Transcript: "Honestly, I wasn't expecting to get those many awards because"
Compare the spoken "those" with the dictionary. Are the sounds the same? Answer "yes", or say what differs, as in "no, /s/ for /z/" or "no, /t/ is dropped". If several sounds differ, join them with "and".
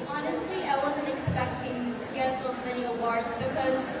yes